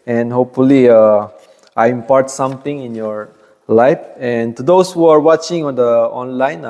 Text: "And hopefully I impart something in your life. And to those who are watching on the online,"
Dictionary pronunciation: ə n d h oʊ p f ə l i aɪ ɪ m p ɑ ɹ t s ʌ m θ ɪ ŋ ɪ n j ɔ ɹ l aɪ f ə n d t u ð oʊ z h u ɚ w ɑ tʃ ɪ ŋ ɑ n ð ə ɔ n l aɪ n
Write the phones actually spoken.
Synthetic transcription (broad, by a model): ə n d h oʊ p f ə l i aɪ ɪ m p ɑ ɹ t s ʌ m t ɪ ŋ ɪ n j ɔ ɹ l aɪ f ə n t u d oʊ s h u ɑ w ɑ tʃ ɪ ŋ ɑ n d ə ɔ n l aɪ n